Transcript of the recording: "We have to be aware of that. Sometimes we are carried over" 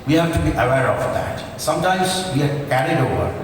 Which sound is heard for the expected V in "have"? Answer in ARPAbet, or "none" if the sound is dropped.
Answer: F